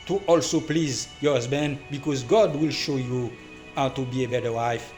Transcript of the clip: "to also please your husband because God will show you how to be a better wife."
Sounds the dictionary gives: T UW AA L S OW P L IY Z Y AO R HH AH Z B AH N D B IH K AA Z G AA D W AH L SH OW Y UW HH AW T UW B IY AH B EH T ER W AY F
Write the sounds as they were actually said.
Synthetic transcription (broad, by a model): T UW AA L S OW P L IY Z Y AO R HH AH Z B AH N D B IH K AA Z G AA D W AH L SH OW Y UW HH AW T UW B IY AH B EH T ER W AY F